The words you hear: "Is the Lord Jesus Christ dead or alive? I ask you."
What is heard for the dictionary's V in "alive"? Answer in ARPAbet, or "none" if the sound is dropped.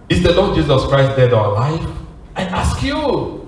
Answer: F